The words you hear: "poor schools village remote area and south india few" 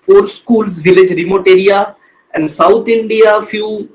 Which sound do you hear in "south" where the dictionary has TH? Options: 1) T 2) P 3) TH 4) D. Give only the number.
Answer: 1